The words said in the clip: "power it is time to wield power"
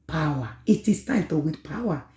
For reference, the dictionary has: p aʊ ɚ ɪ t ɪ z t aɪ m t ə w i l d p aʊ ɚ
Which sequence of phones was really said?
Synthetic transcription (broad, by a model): p aʊ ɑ ɪ t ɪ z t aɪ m t ə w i d p aʊ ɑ